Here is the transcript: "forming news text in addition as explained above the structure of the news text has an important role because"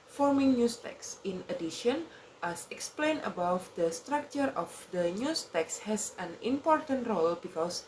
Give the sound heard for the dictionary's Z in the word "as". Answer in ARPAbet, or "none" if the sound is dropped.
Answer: S